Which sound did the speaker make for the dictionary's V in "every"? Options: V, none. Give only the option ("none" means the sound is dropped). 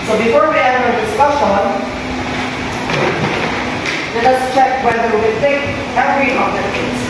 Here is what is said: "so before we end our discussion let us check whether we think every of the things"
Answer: none